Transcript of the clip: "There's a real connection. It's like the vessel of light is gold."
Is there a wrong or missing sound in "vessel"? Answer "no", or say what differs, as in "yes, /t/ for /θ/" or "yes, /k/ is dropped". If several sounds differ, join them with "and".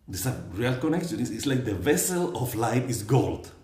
no